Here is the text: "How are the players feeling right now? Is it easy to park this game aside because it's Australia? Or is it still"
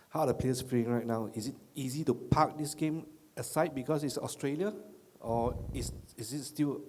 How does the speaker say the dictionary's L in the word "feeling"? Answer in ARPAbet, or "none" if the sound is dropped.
none